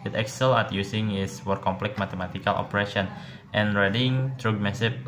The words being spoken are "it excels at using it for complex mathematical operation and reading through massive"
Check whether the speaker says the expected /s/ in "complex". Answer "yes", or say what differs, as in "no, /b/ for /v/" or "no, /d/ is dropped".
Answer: no, /s/ is dropped